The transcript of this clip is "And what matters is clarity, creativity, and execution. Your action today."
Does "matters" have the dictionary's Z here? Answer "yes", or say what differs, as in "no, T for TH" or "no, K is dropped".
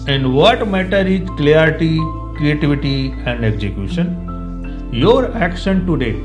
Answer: no, Z is dropped